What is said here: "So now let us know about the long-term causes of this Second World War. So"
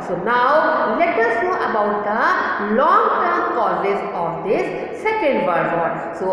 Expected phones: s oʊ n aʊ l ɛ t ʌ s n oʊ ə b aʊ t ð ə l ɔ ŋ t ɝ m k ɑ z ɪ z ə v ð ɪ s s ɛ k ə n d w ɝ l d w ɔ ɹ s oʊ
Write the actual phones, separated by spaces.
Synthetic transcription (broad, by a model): s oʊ n aʊ l ɛ t ʌ s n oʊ ə b aʊ t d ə l ɔ ŋ t ɝ m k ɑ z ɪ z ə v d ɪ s s ɛ k ə n d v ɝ d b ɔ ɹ s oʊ